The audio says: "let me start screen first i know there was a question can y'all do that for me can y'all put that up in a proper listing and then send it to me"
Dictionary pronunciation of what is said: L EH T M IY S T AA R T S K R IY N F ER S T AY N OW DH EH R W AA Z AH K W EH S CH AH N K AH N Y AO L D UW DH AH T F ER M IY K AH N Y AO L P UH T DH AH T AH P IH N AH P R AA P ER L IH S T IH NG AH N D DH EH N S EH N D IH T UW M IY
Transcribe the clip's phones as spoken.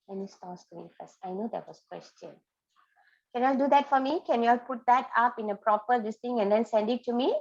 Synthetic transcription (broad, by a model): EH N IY S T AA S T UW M IY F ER S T AY N OW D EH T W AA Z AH K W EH S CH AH N K AH N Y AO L D UW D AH T F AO M IY K AH N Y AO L P UH T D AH T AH P IH N AH P R AA P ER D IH S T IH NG AH N D EH N S EH N D IH T UW M IY